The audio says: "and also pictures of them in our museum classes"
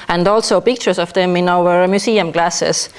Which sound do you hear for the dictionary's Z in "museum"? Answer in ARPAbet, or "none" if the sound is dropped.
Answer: S